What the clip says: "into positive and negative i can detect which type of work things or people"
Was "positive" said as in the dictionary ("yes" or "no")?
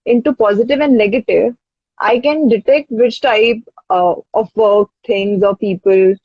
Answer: yes